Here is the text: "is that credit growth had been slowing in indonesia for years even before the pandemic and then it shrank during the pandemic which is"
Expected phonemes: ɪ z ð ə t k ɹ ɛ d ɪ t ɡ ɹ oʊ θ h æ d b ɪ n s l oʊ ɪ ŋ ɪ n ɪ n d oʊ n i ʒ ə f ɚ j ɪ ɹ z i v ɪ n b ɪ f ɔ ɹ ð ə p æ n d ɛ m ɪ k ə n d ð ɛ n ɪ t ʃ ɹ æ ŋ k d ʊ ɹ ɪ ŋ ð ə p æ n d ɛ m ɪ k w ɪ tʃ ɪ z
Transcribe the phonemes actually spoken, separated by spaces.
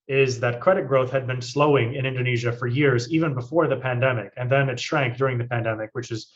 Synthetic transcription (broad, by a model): ɪ z ð ə t k ɹ ɛ d ɪ t ɡ ɹ oʊ θ h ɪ d b ɪ n s l oʊ ɪ ŋ ɪ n ɪ n d oʊ n i ʒ ə f ɚ j ɪ ɹ z i v ɪ n b ɪ f ɔ ɹ ð ə p æ n d ɛ m ɪ k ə n ð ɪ n ɪ t ʃ ɹ æ ŋ k d ʊ ɹ ɪ ŋ ð ə p æ n d ɛ m ɪ k w ɪ tʃ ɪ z